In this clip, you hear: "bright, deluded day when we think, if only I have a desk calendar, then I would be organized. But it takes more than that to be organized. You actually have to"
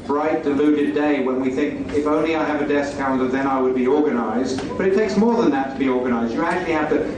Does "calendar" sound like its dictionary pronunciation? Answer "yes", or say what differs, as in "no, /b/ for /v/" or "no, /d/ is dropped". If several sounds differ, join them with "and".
no, /l/ is dropped